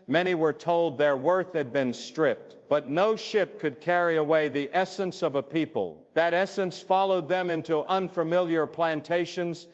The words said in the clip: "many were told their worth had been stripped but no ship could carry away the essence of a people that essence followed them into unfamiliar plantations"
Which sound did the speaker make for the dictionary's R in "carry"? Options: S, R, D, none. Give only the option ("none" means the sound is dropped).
R